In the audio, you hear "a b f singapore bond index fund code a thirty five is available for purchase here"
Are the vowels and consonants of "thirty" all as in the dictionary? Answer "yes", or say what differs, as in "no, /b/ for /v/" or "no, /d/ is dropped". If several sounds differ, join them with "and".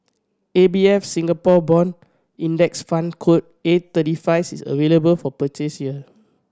no, /t/ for /θ/